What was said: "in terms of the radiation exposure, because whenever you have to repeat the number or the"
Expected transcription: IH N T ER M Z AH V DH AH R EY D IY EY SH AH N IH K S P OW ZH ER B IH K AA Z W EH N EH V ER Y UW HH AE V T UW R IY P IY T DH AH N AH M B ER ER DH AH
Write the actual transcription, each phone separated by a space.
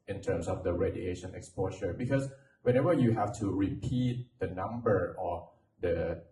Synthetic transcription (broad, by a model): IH N T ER M S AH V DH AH R EY D IY EY SH AH N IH K S P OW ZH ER B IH K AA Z W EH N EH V ER Y UW HH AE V T UW R IY P IY T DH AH N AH M B ER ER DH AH